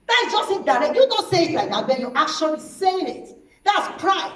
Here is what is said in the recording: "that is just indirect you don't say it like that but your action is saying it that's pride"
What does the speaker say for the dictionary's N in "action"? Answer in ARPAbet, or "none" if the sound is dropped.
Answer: L